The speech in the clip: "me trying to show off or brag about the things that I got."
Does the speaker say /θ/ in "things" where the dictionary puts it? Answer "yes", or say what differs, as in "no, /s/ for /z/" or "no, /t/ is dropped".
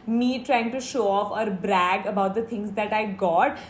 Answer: no, /t/ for /θ/